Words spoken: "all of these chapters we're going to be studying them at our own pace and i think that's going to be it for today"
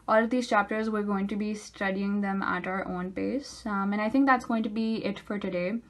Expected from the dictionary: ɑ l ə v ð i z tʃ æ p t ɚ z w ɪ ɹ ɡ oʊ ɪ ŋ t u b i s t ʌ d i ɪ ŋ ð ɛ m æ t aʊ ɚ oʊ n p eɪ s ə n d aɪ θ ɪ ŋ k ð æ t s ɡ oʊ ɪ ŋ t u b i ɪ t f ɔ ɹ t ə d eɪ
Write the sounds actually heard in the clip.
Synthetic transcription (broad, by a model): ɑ l ə v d i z tʃ æ p t ɚ z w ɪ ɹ ɡ oʊ ɪ ŋ t u b i s t ʌ d i ɪ ŋ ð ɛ m æ t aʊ ɚ oʊ n p eɪ s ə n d aɪ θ ɪ ŋ k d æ t s ɡ oʊ ɪ ŋ t u b i ɪ t f ɔ ɹ t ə d eɪ